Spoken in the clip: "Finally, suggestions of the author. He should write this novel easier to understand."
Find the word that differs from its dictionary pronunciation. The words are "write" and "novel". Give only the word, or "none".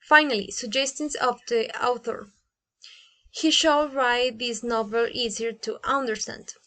none